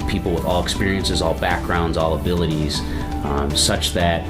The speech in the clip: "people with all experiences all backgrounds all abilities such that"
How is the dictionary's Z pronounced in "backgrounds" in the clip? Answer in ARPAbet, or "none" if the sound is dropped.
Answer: Z